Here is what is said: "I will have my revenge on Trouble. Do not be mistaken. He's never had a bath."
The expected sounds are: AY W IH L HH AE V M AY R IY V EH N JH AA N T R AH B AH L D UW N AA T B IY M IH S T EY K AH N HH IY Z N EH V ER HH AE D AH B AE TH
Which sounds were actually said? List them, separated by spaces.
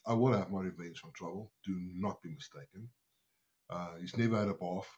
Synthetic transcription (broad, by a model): AY W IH N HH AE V M AY R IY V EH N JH AA N T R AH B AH L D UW N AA T B IY M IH S T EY K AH N HH IY Z N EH V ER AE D AH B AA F